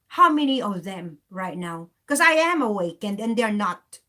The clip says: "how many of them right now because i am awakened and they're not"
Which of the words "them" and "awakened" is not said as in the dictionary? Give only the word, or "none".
none